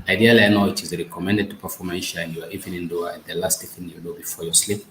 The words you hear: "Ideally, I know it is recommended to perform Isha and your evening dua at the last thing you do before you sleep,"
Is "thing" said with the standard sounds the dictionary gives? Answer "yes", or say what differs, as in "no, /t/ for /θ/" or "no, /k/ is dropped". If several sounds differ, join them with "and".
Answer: no, /f/ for /θ/